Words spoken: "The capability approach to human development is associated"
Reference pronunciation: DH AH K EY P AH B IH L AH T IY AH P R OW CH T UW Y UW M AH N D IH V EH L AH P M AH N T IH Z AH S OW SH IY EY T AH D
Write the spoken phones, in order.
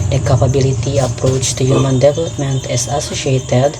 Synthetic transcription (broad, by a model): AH K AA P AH B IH L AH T IY AH P R OW CH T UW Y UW M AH N D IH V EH L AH P M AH N T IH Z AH S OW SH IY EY T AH D